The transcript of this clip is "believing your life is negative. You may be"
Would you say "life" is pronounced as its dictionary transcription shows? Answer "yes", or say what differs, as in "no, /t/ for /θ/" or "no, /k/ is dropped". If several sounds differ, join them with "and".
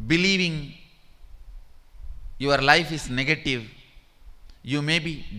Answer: yes